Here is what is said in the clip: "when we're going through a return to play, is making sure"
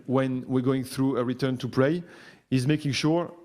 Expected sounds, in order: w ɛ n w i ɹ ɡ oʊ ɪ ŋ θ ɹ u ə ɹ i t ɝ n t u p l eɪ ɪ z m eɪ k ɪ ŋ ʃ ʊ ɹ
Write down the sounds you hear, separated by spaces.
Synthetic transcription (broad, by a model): w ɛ n w i ɹ ɡ oʊ ɪ ŋ θ ɹ u ə ɹ i t ɝ n t u p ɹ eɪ ɪ z m eɪ k ɪ ŋ ʃ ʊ ɹ